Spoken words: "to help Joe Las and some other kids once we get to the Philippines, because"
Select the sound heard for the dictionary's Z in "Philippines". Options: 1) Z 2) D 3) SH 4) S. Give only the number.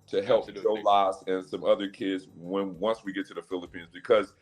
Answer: 1